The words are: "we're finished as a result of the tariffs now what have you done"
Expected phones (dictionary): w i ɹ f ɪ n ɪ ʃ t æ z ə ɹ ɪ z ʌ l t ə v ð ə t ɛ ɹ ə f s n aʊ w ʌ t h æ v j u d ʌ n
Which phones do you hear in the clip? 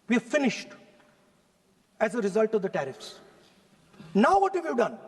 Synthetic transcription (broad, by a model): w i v f ɪ n ɪ ʃ t æ z ə ɹ ɪ z ʌ l t ə v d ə t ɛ ɹ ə f s n aʊ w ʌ t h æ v j u d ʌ n